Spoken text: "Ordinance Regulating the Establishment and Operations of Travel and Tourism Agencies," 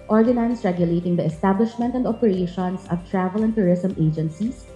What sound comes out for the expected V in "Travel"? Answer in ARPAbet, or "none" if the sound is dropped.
V